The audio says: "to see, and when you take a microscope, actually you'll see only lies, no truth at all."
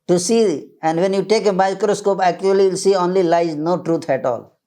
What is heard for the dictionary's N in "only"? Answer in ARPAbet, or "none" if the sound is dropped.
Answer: N